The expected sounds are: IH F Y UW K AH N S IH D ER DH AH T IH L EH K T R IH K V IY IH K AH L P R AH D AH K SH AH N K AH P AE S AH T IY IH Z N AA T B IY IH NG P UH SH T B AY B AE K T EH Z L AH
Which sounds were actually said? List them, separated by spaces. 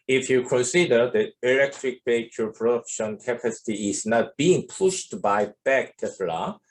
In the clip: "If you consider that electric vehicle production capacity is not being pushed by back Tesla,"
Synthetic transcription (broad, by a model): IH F Y UW K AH N S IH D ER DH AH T IH L EH K T R IH K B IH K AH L P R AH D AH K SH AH N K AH P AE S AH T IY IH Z N AA T B IY IH NG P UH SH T B AY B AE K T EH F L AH